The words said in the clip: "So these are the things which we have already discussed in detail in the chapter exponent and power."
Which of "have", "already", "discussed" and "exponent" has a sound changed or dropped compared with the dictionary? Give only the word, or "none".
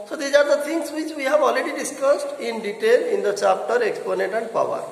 none